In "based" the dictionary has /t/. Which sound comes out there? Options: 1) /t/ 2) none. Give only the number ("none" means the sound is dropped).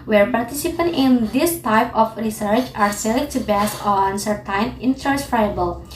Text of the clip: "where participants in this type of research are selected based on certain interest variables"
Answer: 2